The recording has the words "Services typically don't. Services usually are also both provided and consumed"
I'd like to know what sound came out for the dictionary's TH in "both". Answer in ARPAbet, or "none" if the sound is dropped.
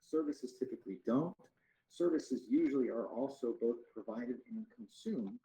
TH